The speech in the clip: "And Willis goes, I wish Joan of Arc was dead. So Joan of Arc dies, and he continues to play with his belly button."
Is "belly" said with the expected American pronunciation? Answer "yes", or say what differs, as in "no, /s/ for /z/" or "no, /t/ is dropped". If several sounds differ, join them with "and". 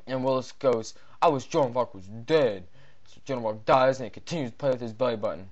yes